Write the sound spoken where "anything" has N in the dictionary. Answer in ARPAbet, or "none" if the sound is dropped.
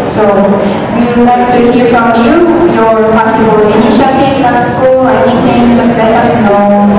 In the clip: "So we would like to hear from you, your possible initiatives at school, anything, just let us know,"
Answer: none